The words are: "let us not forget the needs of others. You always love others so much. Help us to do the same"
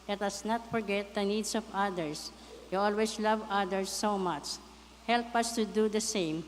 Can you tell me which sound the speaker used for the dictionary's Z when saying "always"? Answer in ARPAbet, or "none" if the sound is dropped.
S